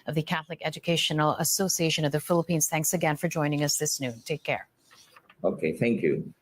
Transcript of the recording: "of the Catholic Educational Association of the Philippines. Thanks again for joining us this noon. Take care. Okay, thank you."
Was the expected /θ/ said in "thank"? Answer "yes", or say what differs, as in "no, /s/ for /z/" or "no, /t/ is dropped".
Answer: yes